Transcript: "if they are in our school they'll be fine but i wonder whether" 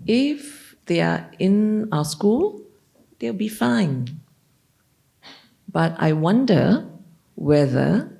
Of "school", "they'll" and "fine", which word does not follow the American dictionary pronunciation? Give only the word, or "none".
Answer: they'll